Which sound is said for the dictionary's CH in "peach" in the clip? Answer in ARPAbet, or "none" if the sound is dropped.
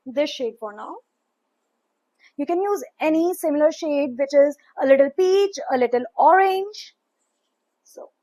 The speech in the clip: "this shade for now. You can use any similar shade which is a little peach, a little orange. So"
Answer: CH